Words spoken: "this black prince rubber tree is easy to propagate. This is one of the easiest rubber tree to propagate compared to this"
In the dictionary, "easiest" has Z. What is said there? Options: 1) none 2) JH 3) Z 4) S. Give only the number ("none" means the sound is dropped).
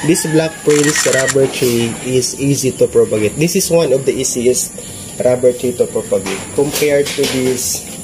4